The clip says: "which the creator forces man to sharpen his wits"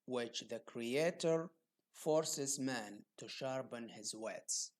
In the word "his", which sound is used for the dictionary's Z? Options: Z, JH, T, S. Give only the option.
Z